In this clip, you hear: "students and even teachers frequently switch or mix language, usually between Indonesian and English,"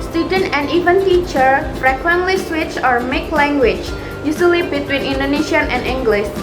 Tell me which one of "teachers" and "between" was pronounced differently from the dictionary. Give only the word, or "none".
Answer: teachers